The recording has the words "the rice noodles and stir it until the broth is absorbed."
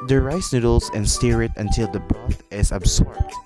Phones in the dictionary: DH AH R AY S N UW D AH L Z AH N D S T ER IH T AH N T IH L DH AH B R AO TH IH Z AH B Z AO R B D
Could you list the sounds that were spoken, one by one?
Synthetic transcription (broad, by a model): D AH R AY S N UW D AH L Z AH N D S T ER IH T AH N T IH L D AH B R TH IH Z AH B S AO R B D